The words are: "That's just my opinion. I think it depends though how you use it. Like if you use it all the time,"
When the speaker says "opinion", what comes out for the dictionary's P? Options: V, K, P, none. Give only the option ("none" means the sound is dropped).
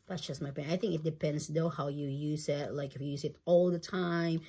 none